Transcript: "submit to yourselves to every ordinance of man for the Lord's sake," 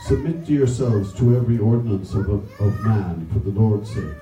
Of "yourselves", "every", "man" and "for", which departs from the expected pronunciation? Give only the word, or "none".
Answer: none